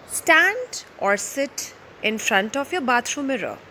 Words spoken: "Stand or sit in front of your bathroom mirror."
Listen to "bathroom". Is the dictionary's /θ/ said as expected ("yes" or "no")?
no